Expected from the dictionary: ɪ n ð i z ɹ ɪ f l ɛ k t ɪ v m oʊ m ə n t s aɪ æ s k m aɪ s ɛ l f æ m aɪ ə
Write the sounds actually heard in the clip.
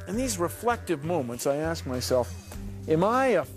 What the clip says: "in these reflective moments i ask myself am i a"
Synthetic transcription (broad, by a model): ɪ n ð i z ɹ ɪ f l ɛ k t ɪ v m oʊ m ə n t s aɪ æ s k m aɪ s ɛ l f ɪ m aɪ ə